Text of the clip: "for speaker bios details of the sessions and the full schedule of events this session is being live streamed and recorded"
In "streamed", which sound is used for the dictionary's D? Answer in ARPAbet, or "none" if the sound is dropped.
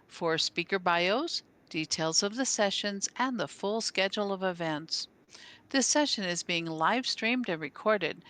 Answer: D